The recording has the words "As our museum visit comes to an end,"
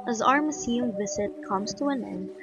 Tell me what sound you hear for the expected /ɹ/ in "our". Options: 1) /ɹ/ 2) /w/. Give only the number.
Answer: 1